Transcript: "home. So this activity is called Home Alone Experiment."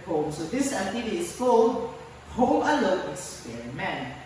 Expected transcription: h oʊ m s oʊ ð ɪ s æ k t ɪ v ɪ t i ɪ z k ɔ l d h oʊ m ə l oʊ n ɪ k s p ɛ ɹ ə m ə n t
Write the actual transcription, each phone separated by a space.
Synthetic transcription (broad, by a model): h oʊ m s oʊ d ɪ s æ t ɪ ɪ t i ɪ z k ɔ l h oʊ m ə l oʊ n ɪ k s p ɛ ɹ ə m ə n